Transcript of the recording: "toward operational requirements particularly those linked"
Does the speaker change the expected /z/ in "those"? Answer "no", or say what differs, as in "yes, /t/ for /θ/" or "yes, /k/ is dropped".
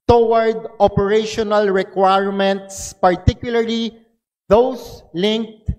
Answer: yes, /s/ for /z/